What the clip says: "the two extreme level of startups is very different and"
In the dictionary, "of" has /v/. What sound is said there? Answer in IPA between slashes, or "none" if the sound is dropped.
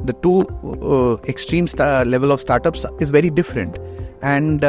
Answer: /v/